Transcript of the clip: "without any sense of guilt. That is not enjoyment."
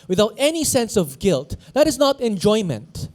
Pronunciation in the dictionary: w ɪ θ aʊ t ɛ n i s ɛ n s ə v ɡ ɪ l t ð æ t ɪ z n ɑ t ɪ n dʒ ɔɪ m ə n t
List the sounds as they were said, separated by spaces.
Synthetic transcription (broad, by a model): w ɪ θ aʊ t ɛ n i s ɛ n s ə v ɡ ɪ l t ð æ t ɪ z n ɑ t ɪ n dʒ ɔɪ m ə n t